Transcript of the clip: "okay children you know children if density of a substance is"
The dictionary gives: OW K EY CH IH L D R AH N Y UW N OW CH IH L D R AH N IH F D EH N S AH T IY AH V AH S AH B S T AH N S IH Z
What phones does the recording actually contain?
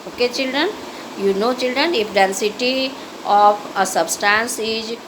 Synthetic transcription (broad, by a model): OW K EY CH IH L D R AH N Y UW N OW CH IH L D R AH N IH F D EH N S AH T IY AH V AH S AH B S T AH N S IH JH